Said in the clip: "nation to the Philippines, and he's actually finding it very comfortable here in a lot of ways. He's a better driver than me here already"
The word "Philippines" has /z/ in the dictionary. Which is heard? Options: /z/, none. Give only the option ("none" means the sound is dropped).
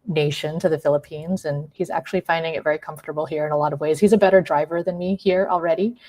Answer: /z/